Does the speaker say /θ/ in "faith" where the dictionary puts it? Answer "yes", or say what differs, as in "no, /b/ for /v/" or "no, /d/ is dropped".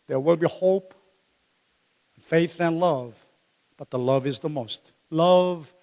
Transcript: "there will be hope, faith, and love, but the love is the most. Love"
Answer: yes